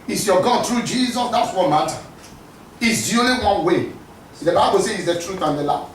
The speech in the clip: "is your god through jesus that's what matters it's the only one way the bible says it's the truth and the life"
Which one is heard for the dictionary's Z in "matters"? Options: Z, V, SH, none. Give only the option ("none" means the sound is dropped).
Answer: none